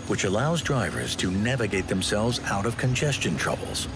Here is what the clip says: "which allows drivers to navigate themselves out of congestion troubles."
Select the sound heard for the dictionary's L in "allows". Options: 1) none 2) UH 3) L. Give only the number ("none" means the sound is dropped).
3